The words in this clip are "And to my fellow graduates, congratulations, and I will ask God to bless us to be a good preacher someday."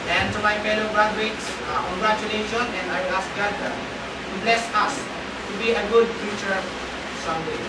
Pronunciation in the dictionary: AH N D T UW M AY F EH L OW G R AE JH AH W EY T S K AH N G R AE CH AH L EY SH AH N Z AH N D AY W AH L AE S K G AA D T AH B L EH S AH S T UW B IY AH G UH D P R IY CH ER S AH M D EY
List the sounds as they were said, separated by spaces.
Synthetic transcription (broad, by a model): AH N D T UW M AY F EH L OW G R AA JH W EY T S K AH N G R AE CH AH L EY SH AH N AH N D AY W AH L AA S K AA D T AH B L EH S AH S T UW B IY AH G UH D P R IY CH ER S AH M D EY